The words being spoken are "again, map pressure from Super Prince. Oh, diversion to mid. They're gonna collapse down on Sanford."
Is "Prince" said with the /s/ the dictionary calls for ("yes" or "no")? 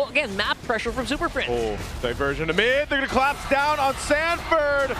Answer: no